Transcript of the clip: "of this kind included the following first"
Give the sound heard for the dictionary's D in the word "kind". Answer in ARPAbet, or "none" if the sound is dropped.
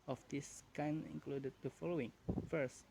none